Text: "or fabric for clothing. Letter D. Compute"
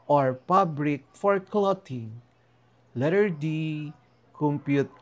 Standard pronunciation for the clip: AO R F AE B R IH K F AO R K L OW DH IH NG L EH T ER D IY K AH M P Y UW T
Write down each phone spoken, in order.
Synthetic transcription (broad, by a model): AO R P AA B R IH K F AO R K L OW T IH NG L EH T ER D IY K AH M P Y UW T